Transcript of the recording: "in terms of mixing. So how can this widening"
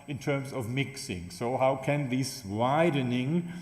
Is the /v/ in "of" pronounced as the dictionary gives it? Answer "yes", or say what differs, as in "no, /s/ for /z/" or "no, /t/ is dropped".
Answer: yes